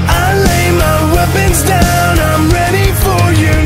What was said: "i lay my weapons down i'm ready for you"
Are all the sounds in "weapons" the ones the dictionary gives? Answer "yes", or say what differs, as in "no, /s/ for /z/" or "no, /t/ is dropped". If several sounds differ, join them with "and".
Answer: yes